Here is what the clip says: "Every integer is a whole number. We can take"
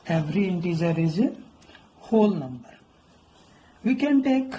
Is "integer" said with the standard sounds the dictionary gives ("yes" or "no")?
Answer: no